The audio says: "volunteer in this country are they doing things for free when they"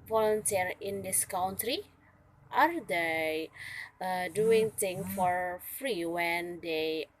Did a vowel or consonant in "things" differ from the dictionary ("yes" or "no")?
yes